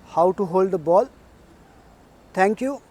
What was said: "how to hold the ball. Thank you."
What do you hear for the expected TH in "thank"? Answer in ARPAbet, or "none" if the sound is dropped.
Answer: T